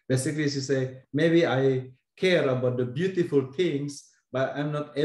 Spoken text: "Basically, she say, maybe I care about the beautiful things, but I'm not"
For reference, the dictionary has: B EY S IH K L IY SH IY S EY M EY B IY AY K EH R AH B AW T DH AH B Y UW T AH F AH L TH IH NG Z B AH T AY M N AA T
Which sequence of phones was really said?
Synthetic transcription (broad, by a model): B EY S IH K L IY S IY S EY M EY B IY AY K EH R AH B AW T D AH B Y UW T AH F AH L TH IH NG S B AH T AY M N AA T